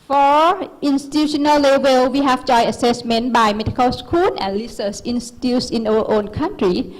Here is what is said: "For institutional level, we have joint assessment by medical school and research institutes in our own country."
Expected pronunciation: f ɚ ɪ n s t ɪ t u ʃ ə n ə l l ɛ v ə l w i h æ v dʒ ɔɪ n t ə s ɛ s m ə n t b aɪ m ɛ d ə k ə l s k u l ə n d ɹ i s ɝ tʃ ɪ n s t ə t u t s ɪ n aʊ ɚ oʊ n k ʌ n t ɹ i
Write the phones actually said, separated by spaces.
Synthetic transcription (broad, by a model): f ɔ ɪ n s t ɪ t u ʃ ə n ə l l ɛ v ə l w i h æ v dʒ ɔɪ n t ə s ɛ s m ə n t b aɪ m ɛ d ə k ə l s k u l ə n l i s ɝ s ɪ n s t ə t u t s ɪ n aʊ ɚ oʊ n k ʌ n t ɹ i